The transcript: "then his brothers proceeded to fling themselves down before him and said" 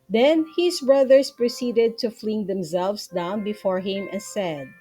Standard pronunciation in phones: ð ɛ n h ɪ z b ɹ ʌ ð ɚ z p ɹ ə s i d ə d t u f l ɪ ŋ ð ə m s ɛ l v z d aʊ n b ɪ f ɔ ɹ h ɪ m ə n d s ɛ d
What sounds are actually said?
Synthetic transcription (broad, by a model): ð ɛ n h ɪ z b ɹ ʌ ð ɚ s p ɹ ə s i d ə d t u f l ɪ ŋ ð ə m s ɛ l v s d aʊ n b ɪ f ɔ ɹ h ɪ m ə s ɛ d